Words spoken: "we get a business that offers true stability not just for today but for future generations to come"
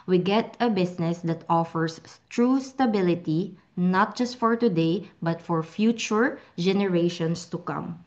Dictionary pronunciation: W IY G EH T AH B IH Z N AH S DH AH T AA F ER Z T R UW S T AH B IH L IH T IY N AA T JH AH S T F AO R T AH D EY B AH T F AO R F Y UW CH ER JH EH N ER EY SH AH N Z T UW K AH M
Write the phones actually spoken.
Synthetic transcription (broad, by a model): W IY G EH T AH B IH S N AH S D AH T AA F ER S T R UW S T AH B IH L IH T IY N AA T JH AH S T F AO R T AH D EY B AH T F AO R F Y UW CH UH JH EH N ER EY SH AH N S T UW K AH M